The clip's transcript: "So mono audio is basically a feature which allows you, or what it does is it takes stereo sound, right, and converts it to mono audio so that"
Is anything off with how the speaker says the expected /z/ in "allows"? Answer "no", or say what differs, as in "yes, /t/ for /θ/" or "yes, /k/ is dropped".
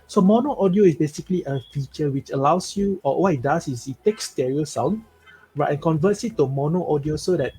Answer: yes, /s/ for /z/